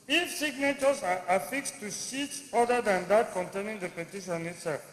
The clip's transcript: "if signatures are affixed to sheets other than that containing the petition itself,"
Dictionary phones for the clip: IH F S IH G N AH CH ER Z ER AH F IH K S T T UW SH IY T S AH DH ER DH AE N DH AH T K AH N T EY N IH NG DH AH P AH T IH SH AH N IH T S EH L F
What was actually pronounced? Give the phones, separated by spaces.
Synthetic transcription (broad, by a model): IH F S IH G N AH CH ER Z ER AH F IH K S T T UW S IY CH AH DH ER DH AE N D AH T K AH N T EY N IH NG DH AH P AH T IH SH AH N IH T S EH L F